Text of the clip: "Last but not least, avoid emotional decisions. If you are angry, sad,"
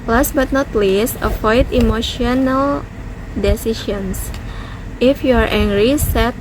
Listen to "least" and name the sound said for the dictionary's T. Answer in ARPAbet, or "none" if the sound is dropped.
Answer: none